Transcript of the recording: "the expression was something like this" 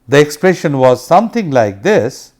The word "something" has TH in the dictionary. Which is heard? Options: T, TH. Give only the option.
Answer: T